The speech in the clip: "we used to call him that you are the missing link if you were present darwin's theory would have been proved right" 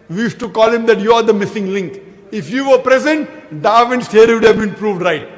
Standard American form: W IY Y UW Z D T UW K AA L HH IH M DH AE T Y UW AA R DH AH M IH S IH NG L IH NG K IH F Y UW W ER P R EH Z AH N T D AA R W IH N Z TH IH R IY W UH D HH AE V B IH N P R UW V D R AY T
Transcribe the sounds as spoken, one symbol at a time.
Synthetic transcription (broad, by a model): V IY Y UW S T UW K AA L HH IH M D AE T Y UW AA R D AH M IH S IH NG L IH NG K IH F Y UW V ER P R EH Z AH N T D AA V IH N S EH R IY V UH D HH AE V B IH N P R UW V D R AY T